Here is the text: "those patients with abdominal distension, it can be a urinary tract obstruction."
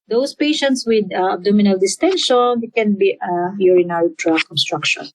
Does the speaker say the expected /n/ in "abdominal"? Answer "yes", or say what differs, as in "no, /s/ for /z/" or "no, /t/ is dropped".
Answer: yes